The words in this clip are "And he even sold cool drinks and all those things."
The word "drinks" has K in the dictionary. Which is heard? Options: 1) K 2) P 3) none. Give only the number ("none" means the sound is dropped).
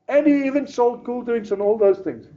3